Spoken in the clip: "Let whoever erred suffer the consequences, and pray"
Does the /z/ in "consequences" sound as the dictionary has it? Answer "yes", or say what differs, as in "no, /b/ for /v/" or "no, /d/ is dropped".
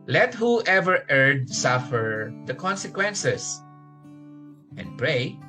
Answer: no, /s/ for /z/